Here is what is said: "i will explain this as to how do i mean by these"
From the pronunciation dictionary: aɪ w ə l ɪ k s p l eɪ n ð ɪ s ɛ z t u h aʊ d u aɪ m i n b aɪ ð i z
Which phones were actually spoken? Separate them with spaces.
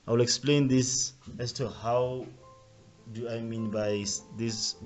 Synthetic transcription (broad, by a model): aɪ w ə l ɪ k s p l eɪ n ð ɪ s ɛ s t u h aʊ d u aɪ m i n b aɪ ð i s